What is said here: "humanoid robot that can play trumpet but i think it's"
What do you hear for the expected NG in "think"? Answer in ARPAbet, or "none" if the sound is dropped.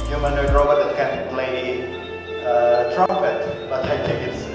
none